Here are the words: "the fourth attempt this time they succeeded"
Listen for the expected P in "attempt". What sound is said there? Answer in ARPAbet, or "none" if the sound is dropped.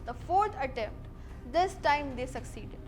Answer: P